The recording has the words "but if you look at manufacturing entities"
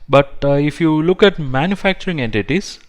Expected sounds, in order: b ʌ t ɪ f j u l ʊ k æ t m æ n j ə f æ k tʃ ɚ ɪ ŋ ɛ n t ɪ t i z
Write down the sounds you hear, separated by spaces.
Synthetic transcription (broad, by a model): b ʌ t ɪ f j u l ʊ k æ t m æ n j ə f æ k tʃ ɚ ɪ ŋ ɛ n t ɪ t i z